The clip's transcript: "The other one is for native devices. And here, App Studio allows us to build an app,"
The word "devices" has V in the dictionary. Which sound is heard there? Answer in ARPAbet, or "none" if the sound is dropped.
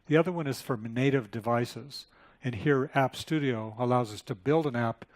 V